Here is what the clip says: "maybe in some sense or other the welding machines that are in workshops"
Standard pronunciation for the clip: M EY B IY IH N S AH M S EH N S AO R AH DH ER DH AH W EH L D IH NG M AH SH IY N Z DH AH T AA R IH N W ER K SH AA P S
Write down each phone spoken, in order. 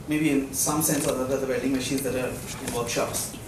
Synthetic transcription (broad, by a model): M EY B IY IH N S AH M S EH N S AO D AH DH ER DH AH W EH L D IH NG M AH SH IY N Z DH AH T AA R IH N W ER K SH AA P S